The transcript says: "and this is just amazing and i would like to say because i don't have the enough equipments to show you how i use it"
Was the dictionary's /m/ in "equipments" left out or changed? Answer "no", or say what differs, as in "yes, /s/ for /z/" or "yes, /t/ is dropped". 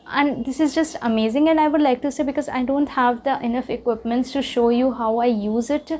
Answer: no